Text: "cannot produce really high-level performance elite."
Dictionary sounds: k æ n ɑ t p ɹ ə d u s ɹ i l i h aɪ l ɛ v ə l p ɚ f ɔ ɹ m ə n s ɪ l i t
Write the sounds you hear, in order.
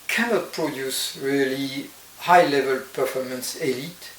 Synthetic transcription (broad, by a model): k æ n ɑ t p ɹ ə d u s ɹ i l i h aɪ l ɛ v ə l p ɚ f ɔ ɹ m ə n s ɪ l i t